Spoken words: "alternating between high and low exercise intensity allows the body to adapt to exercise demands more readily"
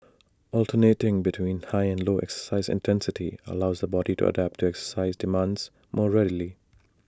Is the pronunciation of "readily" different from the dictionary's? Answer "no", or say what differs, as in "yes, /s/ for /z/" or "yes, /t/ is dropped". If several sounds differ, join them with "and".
no